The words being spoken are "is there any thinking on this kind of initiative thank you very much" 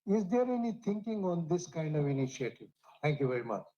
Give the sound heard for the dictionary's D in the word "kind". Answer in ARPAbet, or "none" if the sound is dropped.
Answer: D